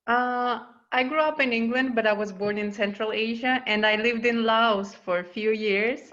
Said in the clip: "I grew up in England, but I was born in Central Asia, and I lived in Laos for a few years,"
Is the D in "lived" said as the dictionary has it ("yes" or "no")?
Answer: yes